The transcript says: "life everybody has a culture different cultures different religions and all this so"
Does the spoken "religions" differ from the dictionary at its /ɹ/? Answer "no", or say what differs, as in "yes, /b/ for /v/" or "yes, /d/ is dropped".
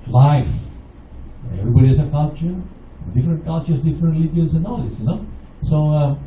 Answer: yes, /l/ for /ɹ/